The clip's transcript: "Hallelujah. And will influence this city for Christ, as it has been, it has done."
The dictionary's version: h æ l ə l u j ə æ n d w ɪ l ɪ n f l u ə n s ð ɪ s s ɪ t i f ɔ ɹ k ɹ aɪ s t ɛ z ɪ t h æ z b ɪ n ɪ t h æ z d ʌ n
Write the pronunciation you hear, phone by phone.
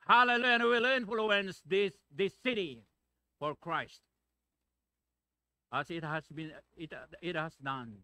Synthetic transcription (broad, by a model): h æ l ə l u j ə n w w ɪ l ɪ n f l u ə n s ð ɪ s s ɪ t i f ɔ ɹ k ɹ aɪ s t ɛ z ɪ t h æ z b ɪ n ɪ t h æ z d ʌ n